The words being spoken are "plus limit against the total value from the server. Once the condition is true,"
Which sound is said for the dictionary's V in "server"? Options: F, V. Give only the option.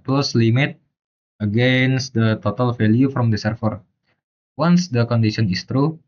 F